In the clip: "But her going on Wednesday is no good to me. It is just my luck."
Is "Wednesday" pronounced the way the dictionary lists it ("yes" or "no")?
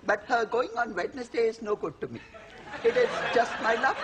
no